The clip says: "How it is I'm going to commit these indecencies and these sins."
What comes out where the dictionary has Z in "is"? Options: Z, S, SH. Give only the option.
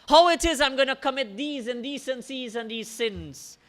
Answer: Z